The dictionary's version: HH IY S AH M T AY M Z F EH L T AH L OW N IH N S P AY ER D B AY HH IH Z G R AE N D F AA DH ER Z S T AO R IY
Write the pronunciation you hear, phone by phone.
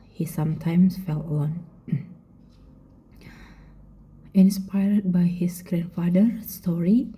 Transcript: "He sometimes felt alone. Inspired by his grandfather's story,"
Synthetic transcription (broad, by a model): HH IY S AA M T AY M S F EH L AH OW N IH N S P AY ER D B AY HH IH S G R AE N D F AA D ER S T AO R IY